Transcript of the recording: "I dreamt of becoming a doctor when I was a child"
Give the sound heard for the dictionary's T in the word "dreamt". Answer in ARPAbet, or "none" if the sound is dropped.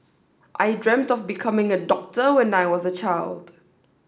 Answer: T